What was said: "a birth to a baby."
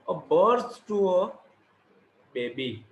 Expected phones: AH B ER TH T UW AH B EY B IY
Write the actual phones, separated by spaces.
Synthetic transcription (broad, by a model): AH B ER S T UW AH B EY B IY